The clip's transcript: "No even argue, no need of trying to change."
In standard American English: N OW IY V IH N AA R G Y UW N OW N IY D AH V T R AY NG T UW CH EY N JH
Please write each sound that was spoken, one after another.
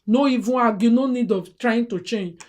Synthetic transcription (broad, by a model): N OW IY V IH AA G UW N OW N IY D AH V T R AY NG T UW CH EY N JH